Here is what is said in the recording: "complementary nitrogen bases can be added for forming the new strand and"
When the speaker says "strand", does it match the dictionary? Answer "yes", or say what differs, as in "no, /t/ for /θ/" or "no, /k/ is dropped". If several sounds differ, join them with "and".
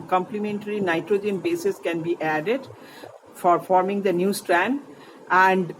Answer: yes